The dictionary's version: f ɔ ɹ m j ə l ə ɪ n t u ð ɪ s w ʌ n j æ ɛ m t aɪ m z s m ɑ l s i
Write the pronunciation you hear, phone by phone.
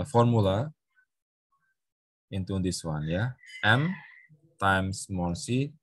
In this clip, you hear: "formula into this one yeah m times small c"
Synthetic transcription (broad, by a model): f ɔ ɹ m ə l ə ɪ n t u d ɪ s w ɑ n j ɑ ɛ m t aɪ m s m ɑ n s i